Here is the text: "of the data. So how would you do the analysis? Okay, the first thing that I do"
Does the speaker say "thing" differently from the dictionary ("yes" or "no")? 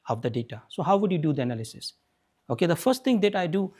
yes